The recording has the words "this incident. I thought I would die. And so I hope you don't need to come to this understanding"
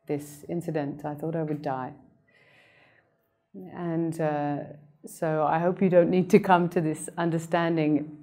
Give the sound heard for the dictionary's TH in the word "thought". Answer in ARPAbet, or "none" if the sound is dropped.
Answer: TH